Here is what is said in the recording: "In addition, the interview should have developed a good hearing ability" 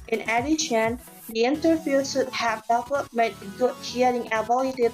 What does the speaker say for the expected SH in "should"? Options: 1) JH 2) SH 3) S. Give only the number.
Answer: 3